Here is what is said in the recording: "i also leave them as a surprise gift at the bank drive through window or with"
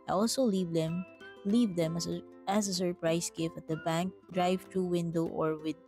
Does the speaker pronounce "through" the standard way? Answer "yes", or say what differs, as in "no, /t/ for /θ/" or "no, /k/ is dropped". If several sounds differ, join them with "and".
no, /t/ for /θ/